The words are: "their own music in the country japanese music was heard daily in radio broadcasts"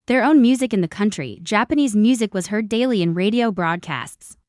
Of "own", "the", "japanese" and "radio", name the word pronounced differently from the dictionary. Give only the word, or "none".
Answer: none